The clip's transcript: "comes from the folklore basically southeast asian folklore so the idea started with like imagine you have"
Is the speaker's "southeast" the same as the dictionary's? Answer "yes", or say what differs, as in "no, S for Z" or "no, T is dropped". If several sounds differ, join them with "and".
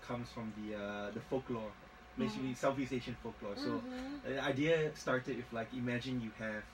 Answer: no, F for TH and T is dropped